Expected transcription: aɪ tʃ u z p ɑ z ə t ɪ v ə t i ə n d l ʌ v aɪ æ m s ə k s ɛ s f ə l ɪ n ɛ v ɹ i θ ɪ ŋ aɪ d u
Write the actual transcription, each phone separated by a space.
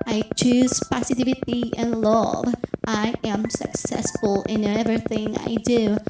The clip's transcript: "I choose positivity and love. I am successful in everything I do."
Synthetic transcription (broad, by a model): aɪ tʃ u z p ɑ s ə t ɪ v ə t i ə n l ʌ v aɪ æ m s ə k s ɛ s f ə l ɪ n ɛ v ɹ i θ ɪ ŋ aɪ d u